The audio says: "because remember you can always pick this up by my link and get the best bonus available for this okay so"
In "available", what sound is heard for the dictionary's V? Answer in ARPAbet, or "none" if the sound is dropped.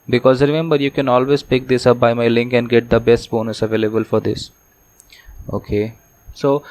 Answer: V